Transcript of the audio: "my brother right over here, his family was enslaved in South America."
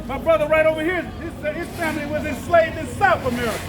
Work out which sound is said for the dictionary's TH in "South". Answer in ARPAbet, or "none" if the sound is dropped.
TH